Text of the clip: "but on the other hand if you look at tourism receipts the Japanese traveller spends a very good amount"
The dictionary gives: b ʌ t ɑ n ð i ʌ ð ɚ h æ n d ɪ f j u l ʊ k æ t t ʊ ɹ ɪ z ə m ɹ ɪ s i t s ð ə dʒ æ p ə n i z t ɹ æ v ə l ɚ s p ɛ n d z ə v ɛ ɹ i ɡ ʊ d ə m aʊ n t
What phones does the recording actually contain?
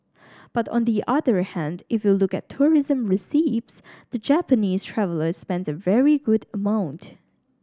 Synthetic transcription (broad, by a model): b ʌ t ɑ n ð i ʌ ð ɚ h æ n d ɪ f j u l ʊ k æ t t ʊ ɹ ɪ z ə m ɹ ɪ s i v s ð ə dʒ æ p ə n i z t ɹ æ v ə l ɚ s p ɛ n d z ə v ɛ ɹ i ɡ ʊ d ə m aʊ n t